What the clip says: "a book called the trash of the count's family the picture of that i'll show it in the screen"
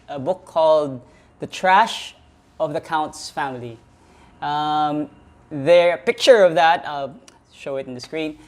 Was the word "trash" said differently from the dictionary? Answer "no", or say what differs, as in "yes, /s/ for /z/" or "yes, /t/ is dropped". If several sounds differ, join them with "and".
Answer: no